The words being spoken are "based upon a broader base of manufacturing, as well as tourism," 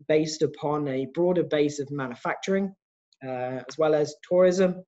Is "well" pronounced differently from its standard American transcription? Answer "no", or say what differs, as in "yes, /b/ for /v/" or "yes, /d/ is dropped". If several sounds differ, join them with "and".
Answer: no